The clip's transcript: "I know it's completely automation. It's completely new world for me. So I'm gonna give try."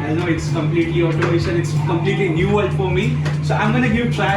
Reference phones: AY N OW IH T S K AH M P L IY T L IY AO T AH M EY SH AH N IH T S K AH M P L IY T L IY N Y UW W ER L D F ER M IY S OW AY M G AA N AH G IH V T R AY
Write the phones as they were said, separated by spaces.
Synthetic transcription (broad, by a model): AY N OW IH T S K AH M P L IY T L IY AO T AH IH S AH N IH T S K AH M P L IY T L IY N Y UW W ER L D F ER M IY S OW AY M G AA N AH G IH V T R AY